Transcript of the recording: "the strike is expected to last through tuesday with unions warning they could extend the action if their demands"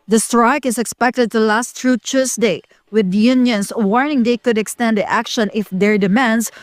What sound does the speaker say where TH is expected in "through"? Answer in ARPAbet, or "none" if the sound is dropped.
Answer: T